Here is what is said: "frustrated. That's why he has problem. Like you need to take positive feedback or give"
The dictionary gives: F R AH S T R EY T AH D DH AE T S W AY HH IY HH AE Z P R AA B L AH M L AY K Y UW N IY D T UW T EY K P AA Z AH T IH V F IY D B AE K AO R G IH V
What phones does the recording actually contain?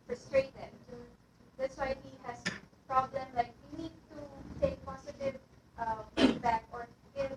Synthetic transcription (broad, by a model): F R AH S T R EY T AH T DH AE T S W AY HH IY HH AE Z P R AA B L AH M L AY K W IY N IY D T UW T EY K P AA S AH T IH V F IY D B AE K AO R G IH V